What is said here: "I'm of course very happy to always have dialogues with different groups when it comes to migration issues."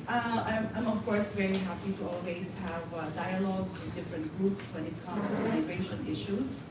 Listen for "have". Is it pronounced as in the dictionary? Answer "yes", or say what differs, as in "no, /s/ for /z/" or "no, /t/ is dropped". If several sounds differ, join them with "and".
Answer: yes